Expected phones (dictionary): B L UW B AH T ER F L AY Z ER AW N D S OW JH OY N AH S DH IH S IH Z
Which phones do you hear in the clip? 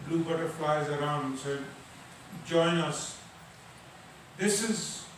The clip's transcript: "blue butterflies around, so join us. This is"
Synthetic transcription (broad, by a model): B L UW B AH T ER F L AY Z ER AW N D S OW JH OY N AH S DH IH S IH Z